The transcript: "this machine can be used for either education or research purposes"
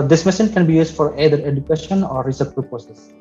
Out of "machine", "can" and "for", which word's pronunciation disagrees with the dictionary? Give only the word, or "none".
machine